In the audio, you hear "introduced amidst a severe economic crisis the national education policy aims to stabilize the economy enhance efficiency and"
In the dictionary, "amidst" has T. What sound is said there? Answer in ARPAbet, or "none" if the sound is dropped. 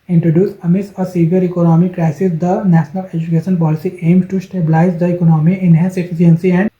none